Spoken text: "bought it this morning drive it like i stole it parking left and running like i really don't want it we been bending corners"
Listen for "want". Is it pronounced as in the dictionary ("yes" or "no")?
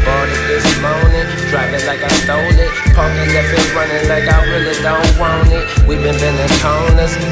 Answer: no